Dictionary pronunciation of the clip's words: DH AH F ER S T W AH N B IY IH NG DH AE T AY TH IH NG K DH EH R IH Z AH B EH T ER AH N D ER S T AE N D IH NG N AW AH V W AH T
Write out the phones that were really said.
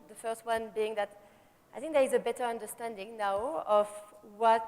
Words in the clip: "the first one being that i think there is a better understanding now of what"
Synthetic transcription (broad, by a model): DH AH F ER S T W AH N B IY IH NG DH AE T AY TH IH NG K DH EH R IH Z AH B EH T ER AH N D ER S T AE N D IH NG N AW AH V W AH T